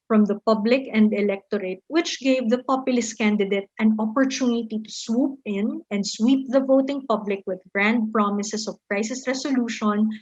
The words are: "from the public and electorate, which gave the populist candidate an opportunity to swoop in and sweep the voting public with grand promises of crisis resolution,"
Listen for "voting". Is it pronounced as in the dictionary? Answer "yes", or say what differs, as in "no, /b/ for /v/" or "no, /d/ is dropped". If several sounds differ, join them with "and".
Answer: yes